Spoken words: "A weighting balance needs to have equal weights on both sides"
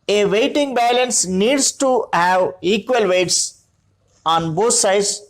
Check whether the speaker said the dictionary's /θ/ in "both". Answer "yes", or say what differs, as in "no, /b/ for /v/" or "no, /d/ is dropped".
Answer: no, /t/ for /θ/